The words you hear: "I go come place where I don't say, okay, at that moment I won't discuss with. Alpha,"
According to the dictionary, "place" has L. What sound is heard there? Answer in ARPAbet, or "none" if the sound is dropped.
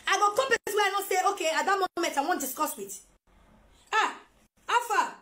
none